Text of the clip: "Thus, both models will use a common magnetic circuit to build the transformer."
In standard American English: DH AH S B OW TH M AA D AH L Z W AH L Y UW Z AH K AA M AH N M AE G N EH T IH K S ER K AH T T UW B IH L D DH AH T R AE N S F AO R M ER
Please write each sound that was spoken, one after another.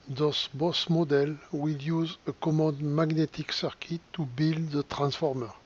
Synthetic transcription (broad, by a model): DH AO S B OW S M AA D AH L W AH L Y UW Z AH K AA M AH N M AE G N EH T IH K S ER K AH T T UW B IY L D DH AH T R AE N S F AO R M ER